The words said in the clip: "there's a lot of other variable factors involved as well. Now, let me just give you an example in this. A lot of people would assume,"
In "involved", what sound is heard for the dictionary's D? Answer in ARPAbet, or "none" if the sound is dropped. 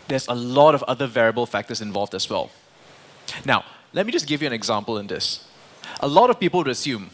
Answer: D